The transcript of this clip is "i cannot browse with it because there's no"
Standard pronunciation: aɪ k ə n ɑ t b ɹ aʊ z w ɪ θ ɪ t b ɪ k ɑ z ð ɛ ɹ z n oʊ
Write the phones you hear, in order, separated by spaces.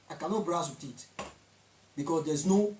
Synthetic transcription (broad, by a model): aɪ k ə n ɑ t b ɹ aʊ s w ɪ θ ɪ t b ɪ k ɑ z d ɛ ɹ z n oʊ